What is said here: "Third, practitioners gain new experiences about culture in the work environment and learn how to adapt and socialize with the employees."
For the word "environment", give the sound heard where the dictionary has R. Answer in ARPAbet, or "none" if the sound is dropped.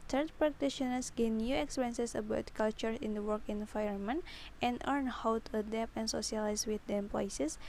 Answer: none